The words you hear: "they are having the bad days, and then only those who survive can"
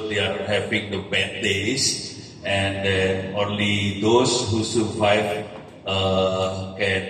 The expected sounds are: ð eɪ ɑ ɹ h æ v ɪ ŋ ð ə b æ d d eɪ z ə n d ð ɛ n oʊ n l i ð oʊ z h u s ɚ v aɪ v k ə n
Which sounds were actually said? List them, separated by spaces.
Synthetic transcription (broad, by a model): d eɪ ɑ ɹ h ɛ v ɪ ŋ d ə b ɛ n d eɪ s ə n d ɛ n oʊ n l i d oʊ s h u s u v aɪ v k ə n